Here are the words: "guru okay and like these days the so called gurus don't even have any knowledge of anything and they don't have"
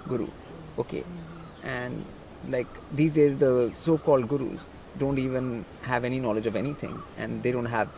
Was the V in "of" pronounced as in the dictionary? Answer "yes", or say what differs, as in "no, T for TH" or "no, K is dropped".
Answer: yes